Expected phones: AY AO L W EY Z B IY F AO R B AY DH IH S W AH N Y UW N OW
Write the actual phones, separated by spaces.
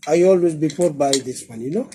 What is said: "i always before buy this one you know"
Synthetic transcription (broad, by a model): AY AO L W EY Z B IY P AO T B AY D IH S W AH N Y UW N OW